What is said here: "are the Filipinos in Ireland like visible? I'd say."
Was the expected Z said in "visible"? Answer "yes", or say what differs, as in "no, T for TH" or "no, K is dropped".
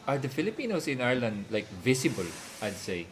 no, S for Z